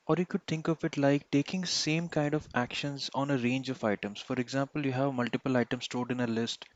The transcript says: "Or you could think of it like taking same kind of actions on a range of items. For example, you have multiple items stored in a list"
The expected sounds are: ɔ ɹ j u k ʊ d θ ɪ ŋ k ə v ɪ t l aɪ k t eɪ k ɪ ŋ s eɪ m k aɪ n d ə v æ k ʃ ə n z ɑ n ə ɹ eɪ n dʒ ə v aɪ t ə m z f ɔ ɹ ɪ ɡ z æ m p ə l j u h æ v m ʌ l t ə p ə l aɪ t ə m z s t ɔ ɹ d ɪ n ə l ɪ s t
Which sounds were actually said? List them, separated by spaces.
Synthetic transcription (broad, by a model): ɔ ɹ j u k ʊ d t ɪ ŋ k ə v ɪ t l aɪ k t eɪ k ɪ ŋ s eɪ m k aɪ n d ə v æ k ʃ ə n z ɑ n ə ɹ eɪ n dʒ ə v aɪ t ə m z f ɔ ɹ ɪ ɡ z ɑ m p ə l j u h æ v m ʌ l t ə p ə l aɪ t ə m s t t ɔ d ɪ n ə l ɪ s t